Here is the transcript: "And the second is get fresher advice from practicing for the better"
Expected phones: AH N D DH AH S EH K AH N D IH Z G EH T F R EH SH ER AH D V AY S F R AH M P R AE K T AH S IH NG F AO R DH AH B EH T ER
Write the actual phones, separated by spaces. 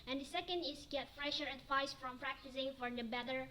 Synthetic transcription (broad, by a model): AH N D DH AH S EH K AH N D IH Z G EH T F R EH SH ER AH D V AY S F R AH M P R AE K T AH S IH NG F AO R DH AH B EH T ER